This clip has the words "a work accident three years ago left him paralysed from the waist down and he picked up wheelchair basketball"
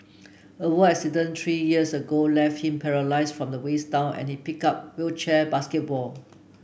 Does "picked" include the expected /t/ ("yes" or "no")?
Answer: no